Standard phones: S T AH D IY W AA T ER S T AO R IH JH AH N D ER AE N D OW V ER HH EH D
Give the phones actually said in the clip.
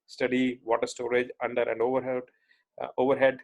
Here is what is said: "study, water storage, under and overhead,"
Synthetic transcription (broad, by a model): S T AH D IY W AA T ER S T AO R IH JH AH N D ER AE N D OW V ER HH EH D